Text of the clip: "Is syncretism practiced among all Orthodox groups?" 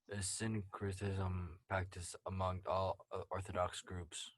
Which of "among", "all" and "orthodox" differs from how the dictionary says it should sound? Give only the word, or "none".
none